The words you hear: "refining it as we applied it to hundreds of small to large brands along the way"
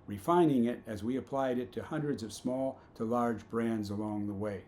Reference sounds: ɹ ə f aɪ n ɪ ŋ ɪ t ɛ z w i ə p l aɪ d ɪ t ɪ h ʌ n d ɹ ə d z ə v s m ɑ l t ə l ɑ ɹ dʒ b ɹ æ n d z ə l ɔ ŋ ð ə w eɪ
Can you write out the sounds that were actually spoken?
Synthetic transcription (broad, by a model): ɹ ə f aɪ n ɪ ŋ ɪ t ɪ z w i ə p l aɪ d ɪ t ɪ h ʌ n d ɹ ə d z ə v s m ɑ l t ə l ɑ ɹ dʒ b ɹ æ n d z ə l ɔ ŋ ð ə w eɪ